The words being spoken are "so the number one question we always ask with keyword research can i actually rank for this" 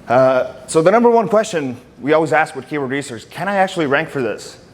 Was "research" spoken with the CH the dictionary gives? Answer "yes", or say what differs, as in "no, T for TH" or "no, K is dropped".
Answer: no, S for CH